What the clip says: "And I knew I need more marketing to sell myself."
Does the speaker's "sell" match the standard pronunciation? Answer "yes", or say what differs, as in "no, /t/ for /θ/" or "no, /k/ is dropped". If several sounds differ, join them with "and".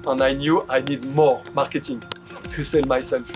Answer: yes